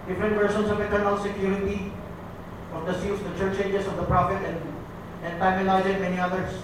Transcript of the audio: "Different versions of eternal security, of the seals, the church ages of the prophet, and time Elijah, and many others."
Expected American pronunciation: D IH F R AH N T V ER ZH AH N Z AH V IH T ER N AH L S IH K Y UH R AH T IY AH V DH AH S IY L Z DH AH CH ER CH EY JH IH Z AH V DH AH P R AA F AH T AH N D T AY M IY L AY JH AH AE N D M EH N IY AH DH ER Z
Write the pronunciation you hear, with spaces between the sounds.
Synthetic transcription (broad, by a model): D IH F R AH N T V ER SH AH N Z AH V IH T ER N AH L S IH K Y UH R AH T IY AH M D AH S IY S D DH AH CH ER CH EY JH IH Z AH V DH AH P R AA F AH T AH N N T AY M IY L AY Z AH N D M EH N IY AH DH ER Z